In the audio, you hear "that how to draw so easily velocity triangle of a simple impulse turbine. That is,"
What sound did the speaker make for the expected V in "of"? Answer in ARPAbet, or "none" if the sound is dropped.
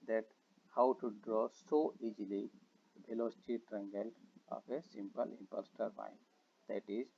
P